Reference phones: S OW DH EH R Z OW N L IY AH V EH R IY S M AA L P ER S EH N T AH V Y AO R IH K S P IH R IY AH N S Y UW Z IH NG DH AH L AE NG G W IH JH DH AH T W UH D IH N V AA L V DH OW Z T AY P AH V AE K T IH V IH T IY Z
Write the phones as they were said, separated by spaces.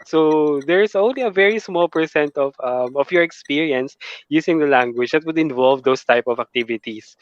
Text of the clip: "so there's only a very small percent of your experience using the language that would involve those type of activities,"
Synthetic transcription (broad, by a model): S OW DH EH R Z OW N L IY AH V EH R IY S M AA L P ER S EH N T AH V Y AO R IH K S P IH R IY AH N S Y UW S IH NG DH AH L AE NG G W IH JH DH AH T W UH D IH N V AA L V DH OW S T AY P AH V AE K T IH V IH T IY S